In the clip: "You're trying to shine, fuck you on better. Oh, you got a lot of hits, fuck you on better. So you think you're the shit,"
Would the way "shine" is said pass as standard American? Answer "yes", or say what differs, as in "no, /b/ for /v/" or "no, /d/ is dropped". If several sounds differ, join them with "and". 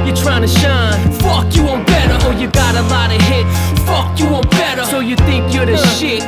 yes